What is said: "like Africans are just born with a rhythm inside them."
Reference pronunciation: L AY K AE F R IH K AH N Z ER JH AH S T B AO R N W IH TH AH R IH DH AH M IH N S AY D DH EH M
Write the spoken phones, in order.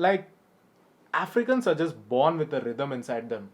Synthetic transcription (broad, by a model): L AY K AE F R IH K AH N S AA JH AH S T B AO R N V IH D AH R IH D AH M IH N S AY D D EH M